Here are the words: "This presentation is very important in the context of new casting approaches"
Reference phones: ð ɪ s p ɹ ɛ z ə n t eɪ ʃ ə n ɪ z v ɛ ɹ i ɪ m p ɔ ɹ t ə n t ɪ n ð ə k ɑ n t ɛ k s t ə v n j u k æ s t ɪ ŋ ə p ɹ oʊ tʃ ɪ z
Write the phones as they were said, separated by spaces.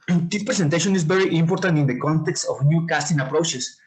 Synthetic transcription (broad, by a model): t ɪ p ɹ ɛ s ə n t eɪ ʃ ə n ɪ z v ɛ ɹ i ɪ m p ɔ ɹ t ə n t ɪ n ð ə k ɑ n t ɛ k s t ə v n j u k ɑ s t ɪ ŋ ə p ɹ oʊ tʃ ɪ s